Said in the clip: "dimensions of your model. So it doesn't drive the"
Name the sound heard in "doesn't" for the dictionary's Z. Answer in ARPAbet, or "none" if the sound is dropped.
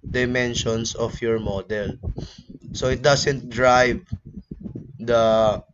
S